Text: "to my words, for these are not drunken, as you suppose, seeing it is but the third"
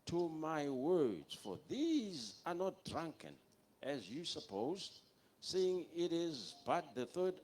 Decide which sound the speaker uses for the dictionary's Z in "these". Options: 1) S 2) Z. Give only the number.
2